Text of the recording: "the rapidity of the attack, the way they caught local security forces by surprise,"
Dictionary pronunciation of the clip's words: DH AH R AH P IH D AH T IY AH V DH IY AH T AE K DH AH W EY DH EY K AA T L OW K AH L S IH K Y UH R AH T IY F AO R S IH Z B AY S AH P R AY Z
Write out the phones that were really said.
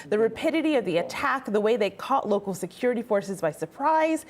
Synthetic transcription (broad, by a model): DH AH R AH P IH D AH T IY AH V DH IY AH T AE K DH AH W EY DH EY K AA T L OW K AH L S IH K Y UH R AH T IY F AO R S IH Z B AY S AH P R AY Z